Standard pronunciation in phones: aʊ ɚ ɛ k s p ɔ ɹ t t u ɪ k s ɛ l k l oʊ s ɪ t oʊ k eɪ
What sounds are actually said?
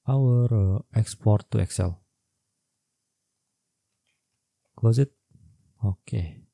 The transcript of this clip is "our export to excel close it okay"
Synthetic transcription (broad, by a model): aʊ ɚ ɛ k s p ɔ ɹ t t u ɪ k s ɛ l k w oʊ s ɪ t oʊ k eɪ